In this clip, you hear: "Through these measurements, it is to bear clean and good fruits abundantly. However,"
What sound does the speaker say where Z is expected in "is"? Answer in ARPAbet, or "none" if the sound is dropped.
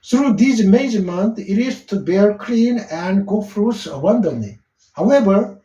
S